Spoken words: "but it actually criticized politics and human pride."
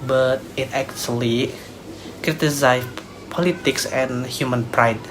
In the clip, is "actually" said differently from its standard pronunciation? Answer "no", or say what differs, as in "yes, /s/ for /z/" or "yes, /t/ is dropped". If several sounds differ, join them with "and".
yes, /s/ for /tʃ/